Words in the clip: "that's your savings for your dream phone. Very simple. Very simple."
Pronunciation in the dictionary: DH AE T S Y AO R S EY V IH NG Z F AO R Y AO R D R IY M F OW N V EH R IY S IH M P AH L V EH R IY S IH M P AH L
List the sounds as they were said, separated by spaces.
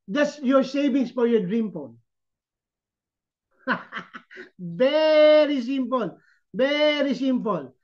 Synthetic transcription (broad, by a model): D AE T S Y AO R S EY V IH NG S F AO R Y AO R D R IY M P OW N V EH R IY S IH M P AH L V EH R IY S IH M P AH L